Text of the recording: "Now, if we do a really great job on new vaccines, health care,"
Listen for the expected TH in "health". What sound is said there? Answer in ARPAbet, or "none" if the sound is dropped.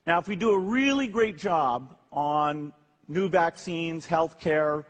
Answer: TH